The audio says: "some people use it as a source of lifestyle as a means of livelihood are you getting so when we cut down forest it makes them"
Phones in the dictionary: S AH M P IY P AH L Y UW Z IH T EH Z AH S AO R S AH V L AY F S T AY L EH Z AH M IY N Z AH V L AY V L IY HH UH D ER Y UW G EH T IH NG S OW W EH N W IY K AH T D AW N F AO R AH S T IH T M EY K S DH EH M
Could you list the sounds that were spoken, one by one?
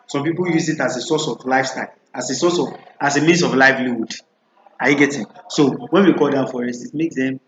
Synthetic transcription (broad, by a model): S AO M P IY P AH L Y UW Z IH T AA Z AH S AO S AH V L AY F S T AY L EH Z AH M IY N S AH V L AY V L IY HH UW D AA Y UW G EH T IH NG S OW W EH N W IY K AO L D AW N F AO R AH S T IH T M EY K S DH EH M